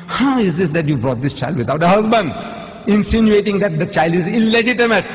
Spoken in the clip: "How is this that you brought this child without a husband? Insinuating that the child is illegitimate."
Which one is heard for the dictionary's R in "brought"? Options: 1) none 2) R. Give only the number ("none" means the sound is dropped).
2